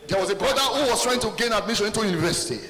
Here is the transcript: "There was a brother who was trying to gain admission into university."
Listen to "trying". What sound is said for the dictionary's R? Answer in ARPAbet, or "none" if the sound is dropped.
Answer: R